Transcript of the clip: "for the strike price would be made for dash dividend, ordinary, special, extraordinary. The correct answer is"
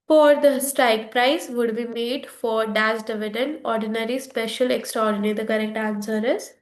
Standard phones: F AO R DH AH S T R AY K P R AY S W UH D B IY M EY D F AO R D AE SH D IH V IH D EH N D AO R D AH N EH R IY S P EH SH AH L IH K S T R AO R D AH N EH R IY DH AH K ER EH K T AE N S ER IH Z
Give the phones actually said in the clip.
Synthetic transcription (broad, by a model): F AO R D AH S T R AY K P R AY S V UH D B IY M EY D F AO R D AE S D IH V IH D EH N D AO R D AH N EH R IY S P EH SH AH L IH K S T R AO R D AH N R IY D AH K ER EH K T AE N S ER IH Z